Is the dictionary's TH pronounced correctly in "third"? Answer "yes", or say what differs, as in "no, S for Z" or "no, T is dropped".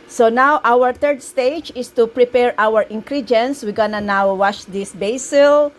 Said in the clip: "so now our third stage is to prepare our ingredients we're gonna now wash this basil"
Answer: no, T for TH